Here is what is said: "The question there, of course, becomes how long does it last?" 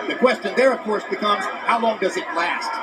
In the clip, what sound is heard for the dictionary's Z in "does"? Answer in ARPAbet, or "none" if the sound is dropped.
Z